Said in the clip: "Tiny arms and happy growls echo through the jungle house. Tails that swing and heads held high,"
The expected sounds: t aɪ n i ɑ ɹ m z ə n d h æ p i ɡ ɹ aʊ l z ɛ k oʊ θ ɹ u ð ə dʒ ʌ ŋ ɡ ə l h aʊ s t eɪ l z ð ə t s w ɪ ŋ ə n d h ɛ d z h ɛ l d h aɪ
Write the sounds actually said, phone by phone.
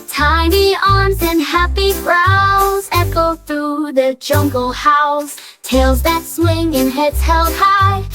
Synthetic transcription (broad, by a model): t aɪ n i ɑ ɹ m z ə n h æ p i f ɹ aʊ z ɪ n oʊ θ ɹ u ð ə dʒ ʌ ŋ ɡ l h aʊ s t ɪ l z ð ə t s w ɪ ŋ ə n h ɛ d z h ɛ l d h aɪ